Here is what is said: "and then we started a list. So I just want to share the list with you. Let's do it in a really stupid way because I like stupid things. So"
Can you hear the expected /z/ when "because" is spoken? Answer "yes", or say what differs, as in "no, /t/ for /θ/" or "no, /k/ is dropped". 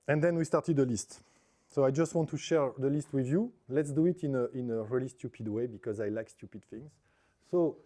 yes